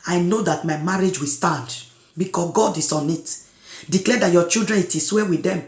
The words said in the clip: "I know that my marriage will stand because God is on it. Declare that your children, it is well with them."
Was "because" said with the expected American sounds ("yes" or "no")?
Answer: no